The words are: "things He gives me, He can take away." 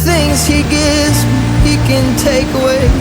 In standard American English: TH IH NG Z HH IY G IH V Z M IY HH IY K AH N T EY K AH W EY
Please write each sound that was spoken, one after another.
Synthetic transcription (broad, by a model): TH IH NG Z HH IY G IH Z HH IY K AH N T EY K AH W EY